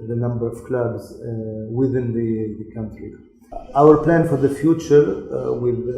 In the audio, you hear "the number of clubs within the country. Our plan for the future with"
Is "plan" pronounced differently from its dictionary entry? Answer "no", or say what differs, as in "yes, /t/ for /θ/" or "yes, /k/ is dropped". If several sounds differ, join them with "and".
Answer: no